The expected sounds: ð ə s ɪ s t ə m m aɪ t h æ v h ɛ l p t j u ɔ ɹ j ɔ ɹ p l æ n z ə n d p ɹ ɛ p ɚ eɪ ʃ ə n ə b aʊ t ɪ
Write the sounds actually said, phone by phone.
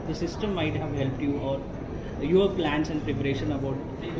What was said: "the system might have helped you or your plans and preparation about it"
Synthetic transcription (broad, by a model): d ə s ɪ s t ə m m aɪ t h æ v h ɛ l p t j u ɔ ɹ j ɔ ɹ p l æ n s ə n d p ɹ ɛ p ɚ eɪ ʃ ə n ə b aʊ t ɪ